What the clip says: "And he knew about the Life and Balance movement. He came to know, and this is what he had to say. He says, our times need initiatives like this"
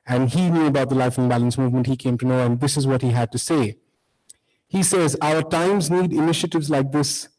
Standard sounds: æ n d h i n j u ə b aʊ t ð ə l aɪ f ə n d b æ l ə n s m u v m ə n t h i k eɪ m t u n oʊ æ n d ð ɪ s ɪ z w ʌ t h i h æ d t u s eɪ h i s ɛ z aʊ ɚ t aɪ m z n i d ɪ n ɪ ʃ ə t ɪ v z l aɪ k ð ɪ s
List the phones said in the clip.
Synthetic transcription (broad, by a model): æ n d h i n j u ə b aʊ t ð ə l aɪ f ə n b æ l ə n s m u v m ə n t h i k eɪ m t u n oʊ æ n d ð ɪ s ɪ z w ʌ t h i h æ d t u s eɪ h i s ɛ z aʊ ɚ t aɪ m z n i d ɪ n ɪ ʃ ə t ɪ v z l aɪ k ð ɪ s